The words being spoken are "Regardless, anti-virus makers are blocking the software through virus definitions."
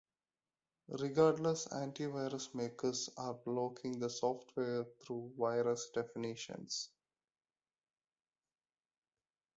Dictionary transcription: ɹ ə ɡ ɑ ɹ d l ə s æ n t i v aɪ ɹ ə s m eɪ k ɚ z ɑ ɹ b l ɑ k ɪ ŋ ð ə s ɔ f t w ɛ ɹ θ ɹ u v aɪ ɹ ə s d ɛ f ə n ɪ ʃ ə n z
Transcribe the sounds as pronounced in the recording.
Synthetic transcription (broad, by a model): ɹ ə ɡ ɑ ɹ d l ə s æ n t i v aɪ ɹ ə s m eɪ k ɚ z ɑ ɹ b l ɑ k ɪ ŋ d ə s ɔ f t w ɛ ɹ t ɹ u v aɪ ɹ ə s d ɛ f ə n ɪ ʃ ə n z